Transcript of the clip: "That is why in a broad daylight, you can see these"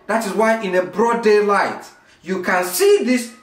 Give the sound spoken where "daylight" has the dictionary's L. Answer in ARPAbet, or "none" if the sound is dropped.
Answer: L